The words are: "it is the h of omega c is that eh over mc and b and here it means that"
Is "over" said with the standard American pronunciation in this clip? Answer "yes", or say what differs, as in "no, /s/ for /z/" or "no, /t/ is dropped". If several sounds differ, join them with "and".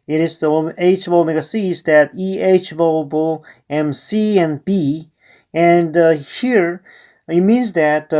no, /b/ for /v/